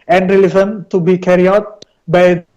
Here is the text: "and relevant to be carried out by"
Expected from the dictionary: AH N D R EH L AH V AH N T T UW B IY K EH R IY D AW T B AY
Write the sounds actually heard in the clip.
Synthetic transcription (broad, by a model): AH N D R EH L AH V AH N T T UW B IY K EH R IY AW T B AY